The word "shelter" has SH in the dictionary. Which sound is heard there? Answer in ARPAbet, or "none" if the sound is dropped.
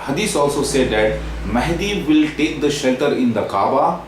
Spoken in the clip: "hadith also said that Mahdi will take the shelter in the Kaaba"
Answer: SH